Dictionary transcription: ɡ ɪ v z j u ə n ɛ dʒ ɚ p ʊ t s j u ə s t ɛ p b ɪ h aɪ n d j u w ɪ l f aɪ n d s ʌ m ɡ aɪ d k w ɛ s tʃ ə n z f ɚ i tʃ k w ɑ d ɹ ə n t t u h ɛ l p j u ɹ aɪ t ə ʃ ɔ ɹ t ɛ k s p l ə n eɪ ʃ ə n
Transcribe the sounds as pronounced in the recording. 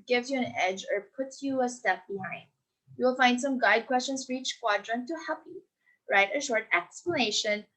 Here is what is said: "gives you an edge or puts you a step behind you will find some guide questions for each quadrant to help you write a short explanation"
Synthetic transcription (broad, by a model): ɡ ɪ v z j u ə n ɛ dʒ ɚ p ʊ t j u ə s t ɛ p b ɪ h aɪ n d j u w ɪ l f aɪ n d s ʌ m ɡ aɪ d k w ɛ s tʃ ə n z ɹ i tʃ k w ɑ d ɹ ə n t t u h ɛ p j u ɹ aɪ t ə ʃ ɔ ɹ t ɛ k s p l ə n eɪ ʃ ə n